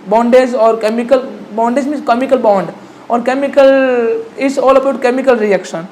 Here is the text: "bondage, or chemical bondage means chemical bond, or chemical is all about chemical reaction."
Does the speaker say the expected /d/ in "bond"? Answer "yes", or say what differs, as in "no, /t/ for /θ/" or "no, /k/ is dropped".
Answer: yes